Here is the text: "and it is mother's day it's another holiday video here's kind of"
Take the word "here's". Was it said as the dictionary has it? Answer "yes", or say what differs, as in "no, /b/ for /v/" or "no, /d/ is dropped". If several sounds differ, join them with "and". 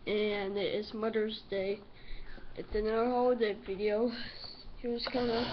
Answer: no, /w/ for /ɹ/